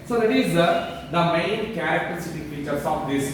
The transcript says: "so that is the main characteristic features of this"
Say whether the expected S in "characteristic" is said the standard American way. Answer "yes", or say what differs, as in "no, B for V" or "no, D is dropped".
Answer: no, S is dropped